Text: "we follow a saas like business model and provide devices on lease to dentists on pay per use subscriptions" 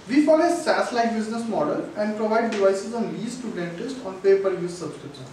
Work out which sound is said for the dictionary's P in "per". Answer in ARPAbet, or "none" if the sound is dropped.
P